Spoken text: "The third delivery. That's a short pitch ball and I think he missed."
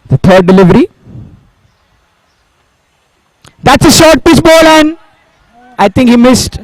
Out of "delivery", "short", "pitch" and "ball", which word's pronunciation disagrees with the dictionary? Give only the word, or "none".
pitch